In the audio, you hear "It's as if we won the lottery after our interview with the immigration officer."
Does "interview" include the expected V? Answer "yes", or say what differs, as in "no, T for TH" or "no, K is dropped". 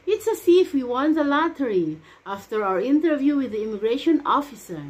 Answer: yes